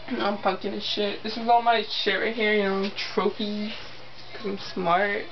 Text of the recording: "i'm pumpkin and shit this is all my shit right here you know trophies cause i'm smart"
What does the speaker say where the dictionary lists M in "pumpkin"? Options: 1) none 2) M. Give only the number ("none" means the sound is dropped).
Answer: 1